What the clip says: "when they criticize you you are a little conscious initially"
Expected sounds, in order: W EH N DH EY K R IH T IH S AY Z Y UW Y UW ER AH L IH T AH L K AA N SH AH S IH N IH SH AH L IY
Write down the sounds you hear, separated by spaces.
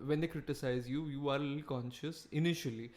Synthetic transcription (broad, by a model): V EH N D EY K R IH T IH S AY Z Y UW Y UW AH T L K AA N SH AH S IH N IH SH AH L IY